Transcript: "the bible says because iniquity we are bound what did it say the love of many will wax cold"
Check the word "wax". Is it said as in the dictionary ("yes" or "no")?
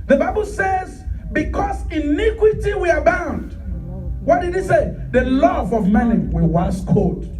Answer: no